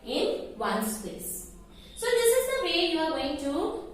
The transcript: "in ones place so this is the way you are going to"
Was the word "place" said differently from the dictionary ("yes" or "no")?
yes